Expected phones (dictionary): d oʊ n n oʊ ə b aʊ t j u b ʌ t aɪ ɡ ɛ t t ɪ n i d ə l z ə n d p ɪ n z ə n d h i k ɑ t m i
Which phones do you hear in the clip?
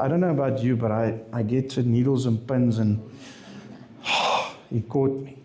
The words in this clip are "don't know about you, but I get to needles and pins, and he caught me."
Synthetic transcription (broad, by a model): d oʊ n n oʊ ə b aʊ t j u b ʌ t aɪ ɡ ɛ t t ɪ n i d ə l z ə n p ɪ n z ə n h i k ɑ t m i